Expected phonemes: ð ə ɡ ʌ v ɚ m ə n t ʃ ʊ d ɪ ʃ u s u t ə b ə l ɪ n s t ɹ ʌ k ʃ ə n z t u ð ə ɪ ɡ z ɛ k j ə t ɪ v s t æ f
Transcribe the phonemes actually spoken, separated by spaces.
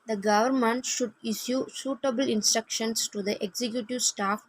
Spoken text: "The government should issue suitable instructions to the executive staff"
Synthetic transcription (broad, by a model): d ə ɡ ʌ v ɚ m ə n t ʃ ʊ d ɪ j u s u t ə b ə l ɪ n s t ɹ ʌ k ʃ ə n s t u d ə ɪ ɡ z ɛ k j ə t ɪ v s t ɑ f